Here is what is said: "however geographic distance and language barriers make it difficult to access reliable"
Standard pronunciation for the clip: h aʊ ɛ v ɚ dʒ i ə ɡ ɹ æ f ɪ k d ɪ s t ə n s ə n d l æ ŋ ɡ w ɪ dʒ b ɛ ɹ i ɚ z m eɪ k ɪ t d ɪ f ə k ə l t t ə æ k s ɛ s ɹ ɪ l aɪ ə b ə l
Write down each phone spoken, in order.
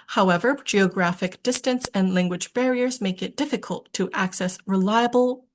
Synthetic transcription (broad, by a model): h aʊ ɛ v ɚ dʒ i ə ɡ ɹ æ f ɪ k d ɪ s t ə n s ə n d l æ ŋ ɡ w ɪ dʒ b ɛ ɹ i ɚ z m eɪ k ɪ t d ɪ f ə k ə l t t æ k s ɛ s ɹ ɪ l aɪ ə b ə l